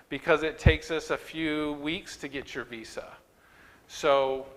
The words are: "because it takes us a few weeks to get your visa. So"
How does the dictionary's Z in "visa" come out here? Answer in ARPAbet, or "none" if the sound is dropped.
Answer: S